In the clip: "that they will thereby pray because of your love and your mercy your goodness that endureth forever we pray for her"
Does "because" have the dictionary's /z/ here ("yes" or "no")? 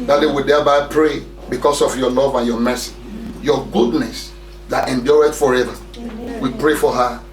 no